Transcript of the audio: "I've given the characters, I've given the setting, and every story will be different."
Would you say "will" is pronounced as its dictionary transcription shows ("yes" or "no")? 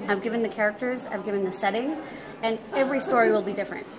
yes